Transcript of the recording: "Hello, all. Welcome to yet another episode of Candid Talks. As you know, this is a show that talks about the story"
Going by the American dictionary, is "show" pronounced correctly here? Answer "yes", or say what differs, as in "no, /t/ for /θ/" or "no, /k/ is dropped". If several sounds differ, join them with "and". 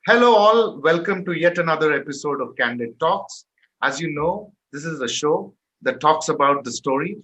yes